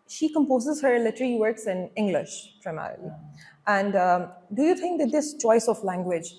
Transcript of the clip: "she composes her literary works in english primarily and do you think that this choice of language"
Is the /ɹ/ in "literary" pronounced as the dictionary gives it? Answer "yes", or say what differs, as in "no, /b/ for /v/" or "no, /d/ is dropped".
no, /l/ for /ɹ/